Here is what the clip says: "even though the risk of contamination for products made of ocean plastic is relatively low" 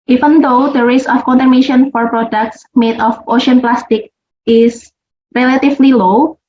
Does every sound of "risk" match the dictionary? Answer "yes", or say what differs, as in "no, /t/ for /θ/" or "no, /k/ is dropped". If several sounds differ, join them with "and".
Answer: no, /k/ is dropped